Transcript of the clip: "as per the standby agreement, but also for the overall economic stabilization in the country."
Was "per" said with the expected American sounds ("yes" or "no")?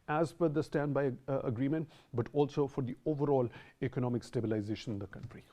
no